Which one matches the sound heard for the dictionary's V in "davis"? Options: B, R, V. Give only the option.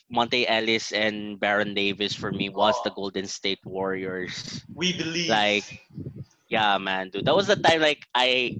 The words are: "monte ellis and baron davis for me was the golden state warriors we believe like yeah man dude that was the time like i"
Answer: V